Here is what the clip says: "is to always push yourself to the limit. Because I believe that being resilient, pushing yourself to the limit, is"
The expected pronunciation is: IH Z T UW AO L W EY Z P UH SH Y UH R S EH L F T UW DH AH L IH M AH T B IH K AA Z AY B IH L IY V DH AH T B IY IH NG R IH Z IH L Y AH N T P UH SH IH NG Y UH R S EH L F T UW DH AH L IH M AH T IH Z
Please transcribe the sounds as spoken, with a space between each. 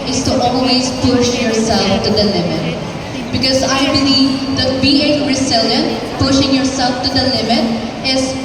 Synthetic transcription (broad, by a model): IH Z T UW AO L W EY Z P UH SH Y UH R S EH L F T UW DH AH L IH M AH T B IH K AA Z AY B IH L IY V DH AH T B IY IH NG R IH S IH L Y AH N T P UH SH IH NG Y UH R S EH L F T UW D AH L IH M AH T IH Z